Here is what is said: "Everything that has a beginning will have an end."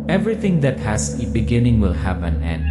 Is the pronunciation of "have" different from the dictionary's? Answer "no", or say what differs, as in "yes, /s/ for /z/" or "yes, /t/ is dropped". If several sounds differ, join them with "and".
yes, /p/ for /v/